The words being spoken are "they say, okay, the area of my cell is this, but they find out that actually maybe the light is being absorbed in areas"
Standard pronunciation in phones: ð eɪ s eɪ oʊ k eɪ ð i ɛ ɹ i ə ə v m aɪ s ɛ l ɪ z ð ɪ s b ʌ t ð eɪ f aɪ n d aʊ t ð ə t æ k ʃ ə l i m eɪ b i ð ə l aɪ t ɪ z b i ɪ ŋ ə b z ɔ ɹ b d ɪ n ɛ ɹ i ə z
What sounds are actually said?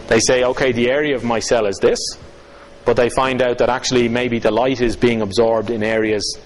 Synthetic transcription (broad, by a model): ð eɪ s eɪ oʊ k eɪ ð i ɛ ɹ i ə ə v m aɪ s ɛ l ɪ z ð ɪ s b ʌ t ð eɪ f aɪ n d aʊ t ð ə t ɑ k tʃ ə l i m eɪ b i ð ə l aɪ t ɪ z b i ɪ ŋ ə b z ɔ ɹ b d ɪ n ɛ ɹ i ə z